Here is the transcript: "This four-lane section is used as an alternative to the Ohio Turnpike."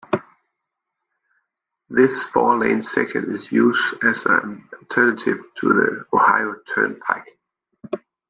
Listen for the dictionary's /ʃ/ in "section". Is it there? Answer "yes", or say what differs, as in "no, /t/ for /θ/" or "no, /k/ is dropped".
no, /ʃ/ is dropped